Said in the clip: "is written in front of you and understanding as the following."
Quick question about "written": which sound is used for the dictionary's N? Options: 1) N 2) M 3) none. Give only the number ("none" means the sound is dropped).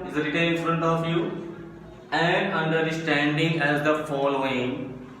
3